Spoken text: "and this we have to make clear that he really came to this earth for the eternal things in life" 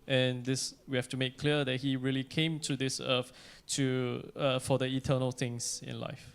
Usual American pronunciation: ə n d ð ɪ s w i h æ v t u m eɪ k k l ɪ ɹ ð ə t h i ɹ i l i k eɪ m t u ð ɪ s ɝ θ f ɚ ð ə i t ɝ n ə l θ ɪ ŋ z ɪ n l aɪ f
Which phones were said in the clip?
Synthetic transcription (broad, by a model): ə n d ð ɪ s w i h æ f t u m eɪ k k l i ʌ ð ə t h i ɹ i l i k eɪ m t u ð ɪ s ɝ t f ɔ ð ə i t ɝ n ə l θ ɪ ŋ s ɪ n l aɪ f